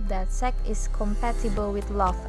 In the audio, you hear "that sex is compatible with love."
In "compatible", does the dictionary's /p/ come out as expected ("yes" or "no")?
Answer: yes